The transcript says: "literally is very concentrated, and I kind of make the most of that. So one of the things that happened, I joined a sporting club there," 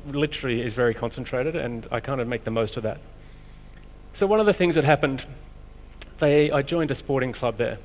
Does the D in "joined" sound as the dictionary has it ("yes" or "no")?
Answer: yes